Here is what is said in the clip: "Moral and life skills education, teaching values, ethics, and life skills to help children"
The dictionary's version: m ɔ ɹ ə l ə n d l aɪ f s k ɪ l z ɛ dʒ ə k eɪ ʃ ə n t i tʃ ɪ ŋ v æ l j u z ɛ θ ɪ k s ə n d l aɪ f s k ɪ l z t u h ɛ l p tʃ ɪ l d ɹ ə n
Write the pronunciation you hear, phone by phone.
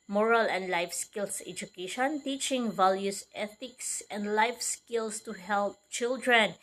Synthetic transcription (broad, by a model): m ɔ ɹ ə l ə n d l aɪ f s k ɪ l s ɛ dʒ ə k eɪ ʃ ə n t i tʃ ɪ ŋ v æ l j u s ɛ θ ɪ k s ə n d l aɪ f s k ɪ l s t u h ɛ l p tʃ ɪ l d ɹ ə n